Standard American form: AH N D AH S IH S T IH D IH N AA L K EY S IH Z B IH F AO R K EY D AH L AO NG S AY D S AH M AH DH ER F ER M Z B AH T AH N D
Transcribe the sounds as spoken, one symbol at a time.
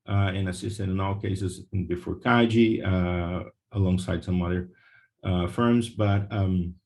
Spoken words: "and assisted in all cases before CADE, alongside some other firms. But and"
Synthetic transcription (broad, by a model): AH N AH S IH S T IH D IH N AA L K EY S IH Z B IH F AO R K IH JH AH L AO NG S AY D S AH M AH DH ER F ER M Z B AH T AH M